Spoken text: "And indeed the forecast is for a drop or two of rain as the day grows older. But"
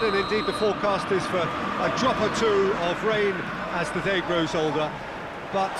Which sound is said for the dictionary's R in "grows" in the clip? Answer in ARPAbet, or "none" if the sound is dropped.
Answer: R